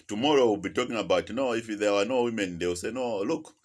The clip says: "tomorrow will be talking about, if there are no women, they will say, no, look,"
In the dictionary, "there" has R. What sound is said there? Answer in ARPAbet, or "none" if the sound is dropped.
W